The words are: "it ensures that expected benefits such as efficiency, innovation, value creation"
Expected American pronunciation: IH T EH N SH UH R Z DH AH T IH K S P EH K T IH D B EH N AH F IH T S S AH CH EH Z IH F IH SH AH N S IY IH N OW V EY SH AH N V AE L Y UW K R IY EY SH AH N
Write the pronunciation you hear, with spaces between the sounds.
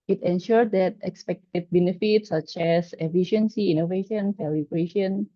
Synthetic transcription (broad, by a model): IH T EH N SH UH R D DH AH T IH K S P EH K T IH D B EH N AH F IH T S S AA CH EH S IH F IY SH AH N S IY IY N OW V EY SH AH N F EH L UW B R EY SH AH N